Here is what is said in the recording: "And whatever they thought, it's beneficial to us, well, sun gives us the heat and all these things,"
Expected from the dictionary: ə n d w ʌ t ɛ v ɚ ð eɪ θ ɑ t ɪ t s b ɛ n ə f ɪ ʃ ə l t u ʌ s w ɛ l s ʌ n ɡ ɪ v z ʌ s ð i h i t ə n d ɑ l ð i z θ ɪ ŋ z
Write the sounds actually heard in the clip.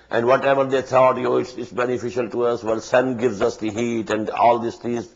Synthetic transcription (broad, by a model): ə n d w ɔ t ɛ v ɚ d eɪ t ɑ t ɪ t s b ɛ n ə f ɪ ʃ ə l t u ʌ s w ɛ l s ʌ n ɡ ɪ v z ʌ s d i h i t ə n d ɑ l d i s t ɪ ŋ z